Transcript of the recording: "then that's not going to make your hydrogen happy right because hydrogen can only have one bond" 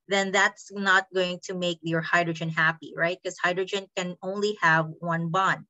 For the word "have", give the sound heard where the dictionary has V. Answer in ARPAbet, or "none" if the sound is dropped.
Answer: V